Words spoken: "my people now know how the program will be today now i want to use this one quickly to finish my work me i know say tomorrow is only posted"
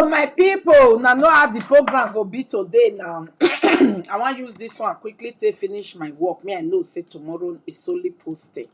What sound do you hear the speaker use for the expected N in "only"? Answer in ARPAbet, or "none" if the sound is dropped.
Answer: none